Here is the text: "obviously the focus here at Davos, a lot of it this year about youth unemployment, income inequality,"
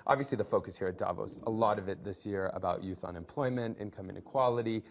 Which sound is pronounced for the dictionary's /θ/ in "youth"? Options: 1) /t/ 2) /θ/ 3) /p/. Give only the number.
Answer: 2